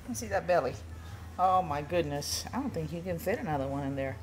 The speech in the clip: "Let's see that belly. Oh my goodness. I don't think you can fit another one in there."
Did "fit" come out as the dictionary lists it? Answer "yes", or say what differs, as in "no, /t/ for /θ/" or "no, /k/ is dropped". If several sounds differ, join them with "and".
yes